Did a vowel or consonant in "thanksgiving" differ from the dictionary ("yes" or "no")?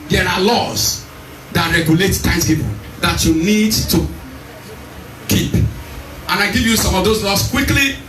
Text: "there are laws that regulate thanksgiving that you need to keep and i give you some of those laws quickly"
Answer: yes